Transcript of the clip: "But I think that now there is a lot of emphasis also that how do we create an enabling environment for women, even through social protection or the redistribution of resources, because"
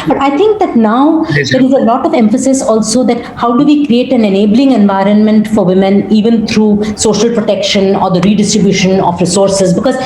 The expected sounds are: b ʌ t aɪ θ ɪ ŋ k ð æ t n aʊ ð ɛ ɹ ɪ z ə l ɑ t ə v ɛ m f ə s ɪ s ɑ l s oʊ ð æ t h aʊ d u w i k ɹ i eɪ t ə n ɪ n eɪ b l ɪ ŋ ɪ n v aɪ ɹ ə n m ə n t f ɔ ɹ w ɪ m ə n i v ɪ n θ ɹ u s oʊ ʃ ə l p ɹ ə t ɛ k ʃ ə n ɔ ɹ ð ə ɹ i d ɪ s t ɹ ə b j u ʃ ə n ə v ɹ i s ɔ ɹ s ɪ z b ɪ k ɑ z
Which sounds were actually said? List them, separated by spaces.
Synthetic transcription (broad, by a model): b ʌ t aɪ t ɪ ŋ k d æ t n aʊ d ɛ ɹ ɪ z ə l ɑ t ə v ɛ m f ə s ɪ s ɑ l s oʊ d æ t h aʊ d u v i k ɹ i eɪ t ə n ɪ n eɪ b l ɪ ŋ ɪ n v aɪ ɹ ə n m ə n t f ɔ ɹ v ɪ m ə n i v ɪ n t ɹ u s oʊ ʃ ə l p ɹ ə t ɛ k ʃ ə n ɔ ɹ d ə ɹ i d ɪ s t ɹ ə b j u ʃ ə n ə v ɹ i s ɔ ɹ s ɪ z b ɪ k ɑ z